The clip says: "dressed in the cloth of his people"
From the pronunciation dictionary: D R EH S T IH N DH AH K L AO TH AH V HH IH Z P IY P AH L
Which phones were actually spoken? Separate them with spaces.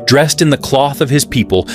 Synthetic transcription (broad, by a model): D R EH S T IH N DH AH K L AO TH AH V IH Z P IY P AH L